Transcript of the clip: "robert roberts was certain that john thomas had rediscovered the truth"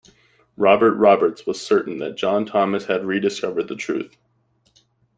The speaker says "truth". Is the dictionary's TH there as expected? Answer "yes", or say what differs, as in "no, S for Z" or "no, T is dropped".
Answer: yes